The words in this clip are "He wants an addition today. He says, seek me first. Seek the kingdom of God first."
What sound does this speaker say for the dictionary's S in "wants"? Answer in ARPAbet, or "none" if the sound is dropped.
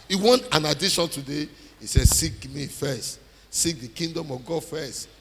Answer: none